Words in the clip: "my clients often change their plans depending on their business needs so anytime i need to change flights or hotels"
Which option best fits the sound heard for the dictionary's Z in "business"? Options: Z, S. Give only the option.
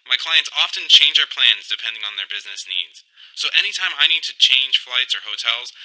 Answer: Z